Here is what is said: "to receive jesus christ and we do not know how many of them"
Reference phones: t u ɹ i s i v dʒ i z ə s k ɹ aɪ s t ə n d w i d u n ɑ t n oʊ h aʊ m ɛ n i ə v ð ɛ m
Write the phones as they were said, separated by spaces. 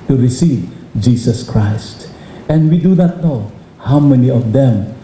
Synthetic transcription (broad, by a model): t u ɹ i s i v dʒ i s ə s k ɹ aɪ s t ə n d w i d u n ɑ t n oʊ h aʊ m ɛ n i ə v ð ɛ m